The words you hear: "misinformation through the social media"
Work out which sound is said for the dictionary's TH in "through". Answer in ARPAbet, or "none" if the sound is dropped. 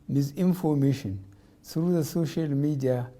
S